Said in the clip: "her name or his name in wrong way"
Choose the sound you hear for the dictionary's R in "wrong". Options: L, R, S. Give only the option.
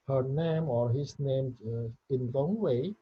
L